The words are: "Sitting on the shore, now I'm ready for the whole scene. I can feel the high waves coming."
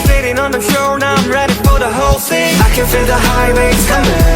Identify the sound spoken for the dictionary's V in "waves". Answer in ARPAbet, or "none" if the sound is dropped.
none